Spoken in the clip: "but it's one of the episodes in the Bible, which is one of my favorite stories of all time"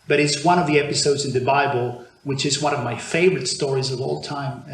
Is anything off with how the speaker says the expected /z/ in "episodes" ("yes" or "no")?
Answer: no